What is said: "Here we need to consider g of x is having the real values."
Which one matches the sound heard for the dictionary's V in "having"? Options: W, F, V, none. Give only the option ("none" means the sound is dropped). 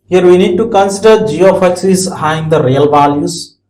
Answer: none